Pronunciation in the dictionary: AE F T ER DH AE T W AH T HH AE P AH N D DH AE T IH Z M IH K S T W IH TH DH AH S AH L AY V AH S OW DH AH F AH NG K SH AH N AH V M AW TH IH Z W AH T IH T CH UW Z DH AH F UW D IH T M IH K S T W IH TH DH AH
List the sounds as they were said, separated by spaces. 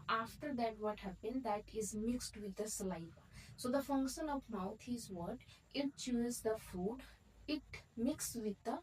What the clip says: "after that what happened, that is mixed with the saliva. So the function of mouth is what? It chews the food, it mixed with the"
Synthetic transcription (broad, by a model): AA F T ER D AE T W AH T HH AE P AH N D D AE T IH Z M IH K S T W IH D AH S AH L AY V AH S OW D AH F AH NG K SH AH N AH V M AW T IH Z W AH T IH T CH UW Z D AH F UW D IH T M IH K S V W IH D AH